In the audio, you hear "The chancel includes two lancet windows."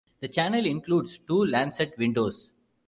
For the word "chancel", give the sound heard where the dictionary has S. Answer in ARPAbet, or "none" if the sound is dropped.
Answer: none